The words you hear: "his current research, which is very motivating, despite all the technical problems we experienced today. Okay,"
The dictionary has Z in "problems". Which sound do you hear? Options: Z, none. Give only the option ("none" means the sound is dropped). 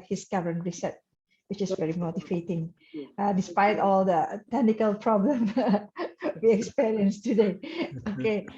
none